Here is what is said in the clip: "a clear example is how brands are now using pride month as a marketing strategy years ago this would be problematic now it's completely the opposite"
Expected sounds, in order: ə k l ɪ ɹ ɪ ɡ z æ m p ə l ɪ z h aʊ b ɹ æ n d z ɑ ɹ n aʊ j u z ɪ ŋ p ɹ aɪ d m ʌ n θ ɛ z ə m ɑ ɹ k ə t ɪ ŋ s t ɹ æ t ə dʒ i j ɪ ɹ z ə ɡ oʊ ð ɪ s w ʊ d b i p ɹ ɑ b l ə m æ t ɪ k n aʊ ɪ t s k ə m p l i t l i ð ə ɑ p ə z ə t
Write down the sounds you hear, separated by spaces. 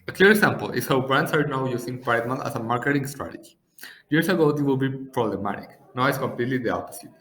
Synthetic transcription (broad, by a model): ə k l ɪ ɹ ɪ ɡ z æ m p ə l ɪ s h aʊ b ɹ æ n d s ɑ ɹ n aʊ j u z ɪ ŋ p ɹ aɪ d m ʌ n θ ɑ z ə m ɑ ɹ k ə t ɪ ŋ s t ɹ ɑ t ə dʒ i j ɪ ɹ s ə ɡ oʊ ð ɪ w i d b i p ɹ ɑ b l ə m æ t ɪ k n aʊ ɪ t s k ə m p l i t l i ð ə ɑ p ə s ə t